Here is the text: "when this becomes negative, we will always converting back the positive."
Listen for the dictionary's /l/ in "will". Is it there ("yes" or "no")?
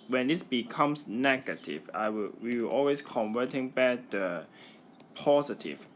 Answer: no